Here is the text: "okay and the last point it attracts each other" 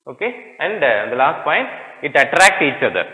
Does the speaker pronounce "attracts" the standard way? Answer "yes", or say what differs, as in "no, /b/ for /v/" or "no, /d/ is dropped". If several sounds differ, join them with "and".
no, /s/ is dropped